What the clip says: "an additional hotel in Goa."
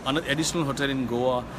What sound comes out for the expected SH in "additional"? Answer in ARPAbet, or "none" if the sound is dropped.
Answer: S